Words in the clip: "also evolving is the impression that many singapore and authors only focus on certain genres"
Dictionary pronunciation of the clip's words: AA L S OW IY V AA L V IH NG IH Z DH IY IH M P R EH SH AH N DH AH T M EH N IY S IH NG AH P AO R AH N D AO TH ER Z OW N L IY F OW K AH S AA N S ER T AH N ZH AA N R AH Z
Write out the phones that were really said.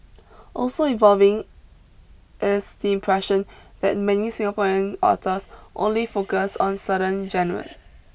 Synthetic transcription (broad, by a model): AA L S OW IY V AA L V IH NG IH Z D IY IH M P R EH SH AH N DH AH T M EH N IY S IH NG AH P AO R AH N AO T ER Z OW N L IY F OW K AH S AA N S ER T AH N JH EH N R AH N